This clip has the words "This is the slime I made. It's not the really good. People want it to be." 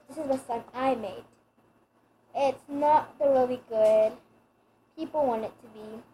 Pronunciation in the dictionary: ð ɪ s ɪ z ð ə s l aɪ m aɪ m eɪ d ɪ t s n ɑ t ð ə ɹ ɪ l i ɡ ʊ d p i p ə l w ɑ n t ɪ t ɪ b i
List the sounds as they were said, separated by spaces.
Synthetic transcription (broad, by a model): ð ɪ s ɪ z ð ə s aɪ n aɪ m eɪ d ɪ t s n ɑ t ð ə ɹ ɪ l i ɡ ʊ d p i p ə l w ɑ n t ɪ t ɪ b i